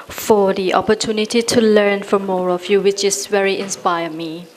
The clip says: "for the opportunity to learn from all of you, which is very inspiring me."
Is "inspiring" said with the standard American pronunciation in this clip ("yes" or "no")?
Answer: no